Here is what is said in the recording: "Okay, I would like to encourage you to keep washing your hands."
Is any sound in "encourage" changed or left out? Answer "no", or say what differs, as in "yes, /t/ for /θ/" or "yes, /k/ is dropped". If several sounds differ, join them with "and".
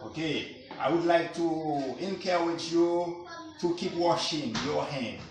yes, /tʃ/ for /dʒ/